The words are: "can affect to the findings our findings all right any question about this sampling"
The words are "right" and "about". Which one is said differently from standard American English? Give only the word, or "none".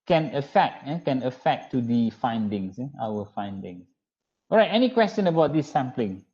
none